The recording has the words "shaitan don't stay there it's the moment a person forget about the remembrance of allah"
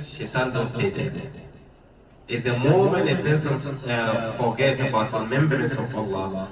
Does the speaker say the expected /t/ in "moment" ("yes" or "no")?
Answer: no